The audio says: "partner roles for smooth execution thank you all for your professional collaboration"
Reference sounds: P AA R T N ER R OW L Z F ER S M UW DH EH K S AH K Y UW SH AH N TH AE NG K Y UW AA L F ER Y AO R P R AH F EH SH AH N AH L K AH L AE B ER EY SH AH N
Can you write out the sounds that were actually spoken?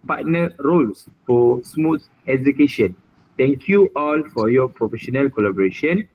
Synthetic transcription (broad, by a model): P AA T N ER R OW L S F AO S M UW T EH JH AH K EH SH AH N T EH NG K Y UW AA L F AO Y AO P R AH F EH SH AH N AH L K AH L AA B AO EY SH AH N